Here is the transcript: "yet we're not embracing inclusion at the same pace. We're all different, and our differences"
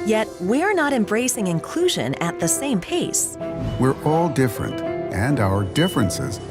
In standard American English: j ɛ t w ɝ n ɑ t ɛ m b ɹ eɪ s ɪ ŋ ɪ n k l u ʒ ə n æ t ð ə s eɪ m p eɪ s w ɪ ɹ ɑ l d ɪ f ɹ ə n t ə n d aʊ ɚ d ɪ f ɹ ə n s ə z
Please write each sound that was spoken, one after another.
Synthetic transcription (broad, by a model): j ɛ t w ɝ n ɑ t ɛ m b ɹ eɪ s ɪ ŋ ɪ n k l u ʒ ə n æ t ð ə s eɪ m p eɪ s w ɪ ɹ ɑ l d ɪ f ɹ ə n t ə n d aʊ ɚ d ɪ f ɹ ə n s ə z